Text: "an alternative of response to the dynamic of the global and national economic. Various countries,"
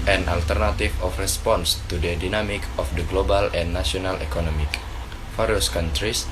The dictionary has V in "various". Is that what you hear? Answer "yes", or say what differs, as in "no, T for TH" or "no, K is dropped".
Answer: no, F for V